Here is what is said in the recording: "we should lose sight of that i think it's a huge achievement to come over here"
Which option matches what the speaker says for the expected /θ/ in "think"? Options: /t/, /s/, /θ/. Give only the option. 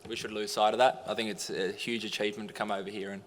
/θ/